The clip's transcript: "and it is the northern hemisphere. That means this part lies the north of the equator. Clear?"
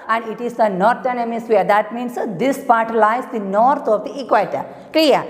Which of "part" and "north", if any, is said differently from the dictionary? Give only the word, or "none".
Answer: north